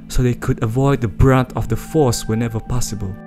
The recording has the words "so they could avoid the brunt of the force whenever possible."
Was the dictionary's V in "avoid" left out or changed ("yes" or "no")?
no